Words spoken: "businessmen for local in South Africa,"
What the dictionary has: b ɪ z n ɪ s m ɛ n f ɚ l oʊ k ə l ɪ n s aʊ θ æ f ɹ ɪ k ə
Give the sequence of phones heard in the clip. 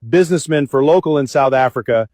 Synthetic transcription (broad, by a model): b ɪ z n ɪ s m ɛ n f ɚ l oʊ k l ɪ n s aʊ θ æ f ɹ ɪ k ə